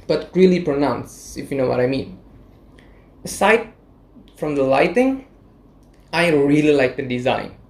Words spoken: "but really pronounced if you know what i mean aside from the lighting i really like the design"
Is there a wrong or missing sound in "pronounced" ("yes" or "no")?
yes